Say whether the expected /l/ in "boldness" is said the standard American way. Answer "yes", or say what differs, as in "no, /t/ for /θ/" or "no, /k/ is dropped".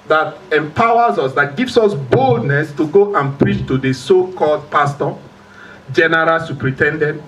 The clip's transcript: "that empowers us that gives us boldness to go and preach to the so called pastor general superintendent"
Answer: yes